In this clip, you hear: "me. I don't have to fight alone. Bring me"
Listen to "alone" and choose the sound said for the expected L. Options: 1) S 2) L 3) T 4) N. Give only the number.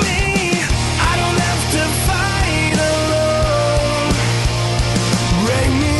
2